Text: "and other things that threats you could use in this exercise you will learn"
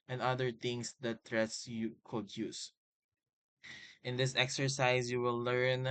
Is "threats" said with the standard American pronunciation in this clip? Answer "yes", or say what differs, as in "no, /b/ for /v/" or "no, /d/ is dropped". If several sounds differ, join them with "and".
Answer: no, /t/ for /θ/